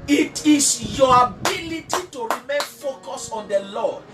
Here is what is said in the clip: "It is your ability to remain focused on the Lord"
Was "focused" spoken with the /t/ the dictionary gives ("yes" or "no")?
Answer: no